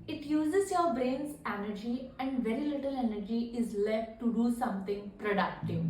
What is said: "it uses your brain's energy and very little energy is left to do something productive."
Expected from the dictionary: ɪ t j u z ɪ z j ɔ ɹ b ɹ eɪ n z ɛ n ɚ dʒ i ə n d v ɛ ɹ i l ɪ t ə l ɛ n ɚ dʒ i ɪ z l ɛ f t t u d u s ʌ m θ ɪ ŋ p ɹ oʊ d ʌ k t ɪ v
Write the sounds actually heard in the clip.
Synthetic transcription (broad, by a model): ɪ t j u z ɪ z j ɔ ɹ b ɹ eɪ n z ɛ n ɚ dʒ i ə n d v ɛ ɹ i l ɪ t ə l ɛ n ɚ dʒ i ɪ z l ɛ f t t u d u s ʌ m t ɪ ŋ p ɹ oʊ d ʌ k t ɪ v